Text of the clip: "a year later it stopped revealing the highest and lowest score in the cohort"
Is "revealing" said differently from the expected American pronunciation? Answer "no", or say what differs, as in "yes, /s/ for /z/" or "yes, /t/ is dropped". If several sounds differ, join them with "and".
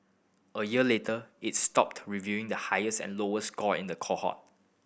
yes, /l/ is dropped